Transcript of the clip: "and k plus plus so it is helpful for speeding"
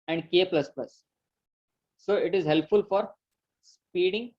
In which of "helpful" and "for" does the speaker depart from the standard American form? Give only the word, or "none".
none